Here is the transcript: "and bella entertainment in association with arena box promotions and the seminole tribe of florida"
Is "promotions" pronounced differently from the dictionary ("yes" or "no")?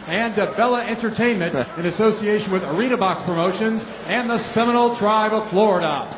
no